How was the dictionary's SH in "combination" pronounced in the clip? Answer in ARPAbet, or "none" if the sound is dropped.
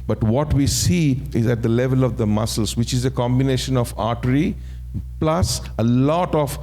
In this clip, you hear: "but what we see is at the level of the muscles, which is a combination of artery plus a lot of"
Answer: SH